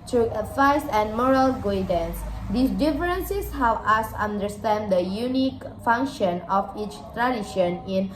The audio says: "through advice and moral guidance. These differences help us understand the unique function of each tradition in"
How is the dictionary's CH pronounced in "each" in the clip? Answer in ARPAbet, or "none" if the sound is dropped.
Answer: CH